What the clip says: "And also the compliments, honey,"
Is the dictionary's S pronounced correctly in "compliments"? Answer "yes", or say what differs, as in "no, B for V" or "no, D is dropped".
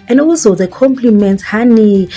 no, S is dropped